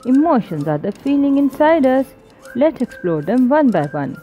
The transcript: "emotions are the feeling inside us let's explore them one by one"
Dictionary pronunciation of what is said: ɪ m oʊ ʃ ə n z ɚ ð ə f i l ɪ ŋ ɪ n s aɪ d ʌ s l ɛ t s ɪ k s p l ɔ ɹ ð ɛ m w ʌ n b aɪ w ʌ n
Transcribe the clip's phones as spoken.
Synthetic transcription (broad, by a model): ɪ m oʊ ʃ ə n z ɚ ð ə f i l ɪ ŋ ɪ n s aɪ d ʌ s l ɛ t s ɪ k s p l ɔ ɹ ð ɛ m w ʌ n b aɪ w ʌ n